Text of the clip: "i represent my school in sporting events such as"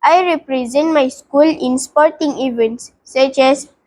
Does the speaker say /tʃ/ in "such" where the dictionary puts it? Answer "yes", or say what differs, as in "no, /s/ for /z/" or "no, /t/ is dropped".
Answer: yes